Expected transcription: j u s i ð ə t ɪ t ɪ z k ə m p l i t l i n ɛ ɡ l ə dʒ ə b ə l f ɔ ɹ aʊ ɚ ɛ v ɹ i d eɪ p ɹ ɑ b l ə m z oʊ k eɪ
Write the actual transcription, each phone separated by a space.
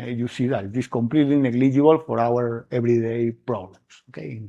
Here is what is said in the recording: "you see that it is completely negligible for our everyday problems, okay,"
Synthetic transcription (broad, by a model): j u s i ð ə t ɪ t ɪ s k ə m p l i t l i n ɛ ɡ l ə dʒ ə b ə l f ɔ ɹ aʊ ɚ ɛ b ɹ i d eɪ p ɹ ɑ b l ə m s oʊ k eɪ